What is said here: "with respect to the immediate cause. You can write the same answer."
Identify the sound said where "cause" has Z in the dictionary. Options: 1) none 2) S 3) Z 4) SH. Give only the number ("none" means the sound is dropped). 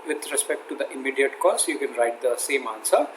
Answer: 2